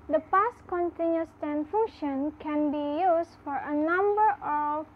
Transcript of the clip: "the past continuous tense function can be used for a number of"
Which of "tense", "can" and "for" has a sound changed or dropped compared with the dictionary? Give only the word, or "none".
tense